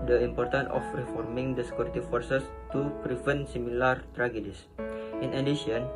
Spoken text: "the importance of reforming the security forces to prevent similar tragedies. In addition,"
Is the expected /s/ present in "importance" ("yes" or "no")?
no